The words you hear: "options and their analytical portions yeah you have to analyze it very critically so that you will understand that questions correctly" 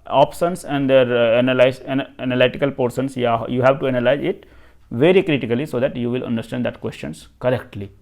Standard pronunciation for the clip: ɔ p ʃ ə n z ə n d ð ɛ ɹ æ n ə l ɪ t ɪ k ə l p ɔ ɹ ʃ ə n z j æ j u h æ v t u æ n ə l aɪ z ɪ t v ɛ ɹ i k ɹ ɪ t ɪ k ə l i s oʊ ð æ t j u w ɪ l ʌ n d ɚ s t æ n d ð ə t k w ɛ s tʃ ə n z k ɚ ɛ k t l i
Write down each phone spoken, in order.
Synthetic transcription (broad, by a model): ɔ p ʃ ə n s ə n d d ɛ ɹ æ n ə l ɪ t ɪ k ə l p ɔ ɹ s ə n s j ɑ j u h æ v t u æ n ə l aɪ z ɪ t v ɛ ɹ i k ɹ ɪ t ɪ k ə l i s oʊ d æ t j u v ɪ l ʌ n d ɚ s t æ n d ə t k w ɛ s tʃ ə n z k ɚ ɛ k t l i